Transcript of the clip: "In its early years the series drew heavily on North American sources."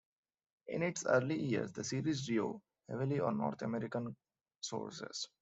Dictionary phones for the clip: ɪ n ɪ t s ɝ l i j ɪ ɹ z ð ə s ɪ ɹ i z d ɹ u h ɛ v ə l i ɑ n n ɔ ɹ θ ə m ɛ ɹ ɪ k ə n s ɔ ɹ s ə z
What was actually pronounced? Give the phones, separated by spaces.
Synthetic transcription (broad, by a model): ɪ n ɪ t s ɝ l i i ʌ ɹ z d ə s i ɹ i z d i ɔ h ɛ v ə l i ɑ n n ɔ ɹ t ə m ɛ ɹ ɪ k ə n s ɔ ɹ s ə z